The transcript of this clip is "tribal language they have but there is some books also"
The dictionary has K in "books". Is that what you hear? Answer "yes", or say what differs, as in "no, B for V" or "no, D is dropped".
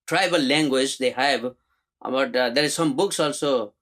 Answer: yes